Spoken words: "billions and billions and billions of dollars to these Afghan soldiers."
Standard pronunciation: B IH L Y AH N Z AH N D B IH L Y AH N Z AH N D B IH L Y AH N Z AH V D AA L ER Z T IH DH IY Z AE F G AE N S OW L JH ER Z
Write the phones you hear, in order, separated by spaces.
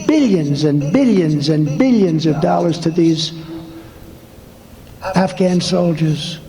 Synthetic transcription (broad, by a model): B IH L Y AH N Z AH N B IH L Y AH N Z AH N B IH L Y AH N Z AH V D AA L ER Z T IH DH IY Z AE F G AE N S OW L JH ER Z